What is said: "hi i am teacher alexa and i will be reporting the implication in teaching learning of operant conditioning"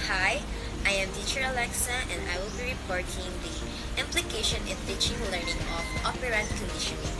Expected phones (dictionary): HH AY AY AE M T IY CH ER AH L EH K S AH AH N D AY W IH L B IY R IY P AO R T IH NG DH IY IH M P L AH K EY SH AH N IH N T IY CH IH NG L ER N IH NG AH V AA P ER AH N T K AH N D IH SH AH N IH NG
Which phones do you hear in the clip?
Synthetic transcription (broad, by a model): HH AY AY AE M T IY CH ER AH L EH K S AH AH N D AY W IH L B IY R IY P AO R T IH NG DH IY IH M P L AH K EY SH AH N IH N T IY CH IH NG L ER N IH NG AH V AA P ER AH T K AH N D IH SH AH N